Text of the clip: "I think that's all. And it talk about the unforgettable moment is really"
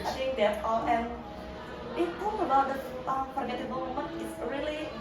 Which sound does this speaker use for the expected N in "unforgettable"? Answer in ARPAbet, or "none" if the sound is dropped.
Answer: none